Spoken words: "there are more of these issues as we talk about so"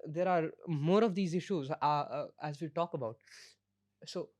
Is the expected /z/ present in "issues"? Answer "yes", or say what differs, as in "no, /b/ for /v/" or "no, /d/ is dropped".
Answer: yes